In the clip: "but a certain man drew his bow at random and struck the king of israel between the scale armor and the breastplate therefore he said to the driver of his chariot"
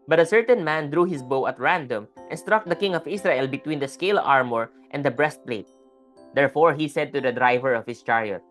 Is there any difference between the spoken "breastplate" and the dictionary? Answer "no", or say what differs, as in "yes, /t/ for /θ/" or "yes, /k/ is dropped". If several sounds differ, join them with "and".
no